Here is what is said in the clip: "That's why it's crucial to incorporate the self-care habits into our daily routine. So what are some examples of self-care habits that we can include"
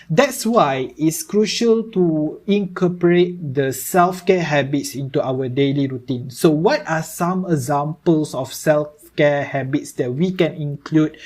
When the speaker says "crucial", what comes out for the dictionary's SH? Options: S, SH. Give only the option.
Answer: SH